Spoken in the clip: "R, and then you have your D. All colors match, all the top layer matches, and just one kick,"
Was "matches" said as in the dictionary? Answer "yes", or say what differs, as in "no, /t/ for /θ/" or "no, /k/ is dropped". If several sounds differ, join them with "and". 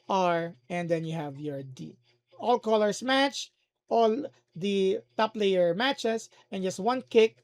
no, /s/ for /z/